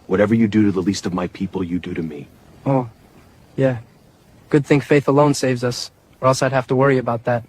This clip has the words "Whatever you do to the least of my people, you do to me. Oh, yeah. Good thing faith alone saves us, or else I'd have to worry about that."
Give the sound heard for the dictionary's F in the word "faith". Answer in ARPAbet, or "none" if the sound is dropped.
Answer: F